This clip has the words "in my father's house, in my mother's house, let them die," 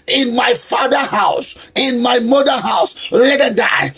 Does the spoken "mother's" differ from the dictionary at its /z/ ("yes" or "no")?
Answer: yes